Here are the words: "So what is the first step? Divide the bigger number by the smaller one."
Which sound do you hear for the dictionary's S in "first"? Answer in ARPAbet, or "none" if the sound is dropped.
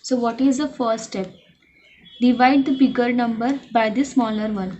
S